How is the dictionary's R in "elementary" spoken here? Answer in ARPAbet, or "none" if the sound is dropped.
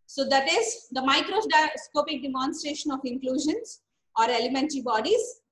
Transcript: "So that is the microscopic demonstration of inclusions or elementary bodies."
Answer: R